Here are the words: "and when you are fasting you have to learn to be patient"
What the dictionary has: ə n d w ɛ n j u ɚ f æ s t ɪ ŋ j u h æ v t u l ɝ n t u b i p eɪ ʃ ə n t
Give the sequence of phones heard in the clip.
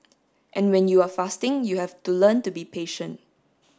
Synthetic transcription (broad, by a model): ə n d w ɛ n j u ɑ f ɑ s t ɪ ŋ j u h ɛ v t u l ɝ n t u b i p eɪ ʃ ə n t